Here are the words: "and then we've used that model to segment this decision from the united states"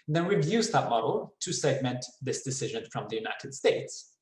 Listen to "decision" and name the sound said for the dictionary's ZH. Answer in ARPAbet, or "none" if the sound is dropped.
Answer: ZH